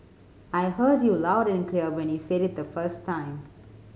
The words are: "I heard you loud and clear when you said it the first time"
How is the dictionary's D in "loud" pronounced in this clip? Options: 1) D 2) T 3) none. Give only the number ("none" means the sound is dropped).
1